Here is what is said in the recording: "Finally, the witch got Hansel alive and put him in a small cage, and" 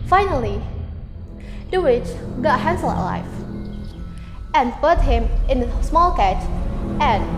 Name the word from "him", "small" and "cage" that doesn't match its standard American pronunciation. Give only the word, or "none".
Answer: cage